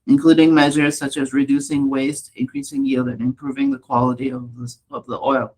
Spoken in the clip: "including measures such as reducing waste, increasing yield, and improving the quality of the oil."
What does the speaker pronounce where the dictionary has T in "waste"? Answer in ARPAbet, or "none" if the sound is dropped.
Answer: T